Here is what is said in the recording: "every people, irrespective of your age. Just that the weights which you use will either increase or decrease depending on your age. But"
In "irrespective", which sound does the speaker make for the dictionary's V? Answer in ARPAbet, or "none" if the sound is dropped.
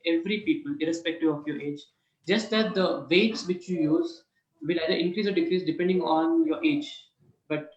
none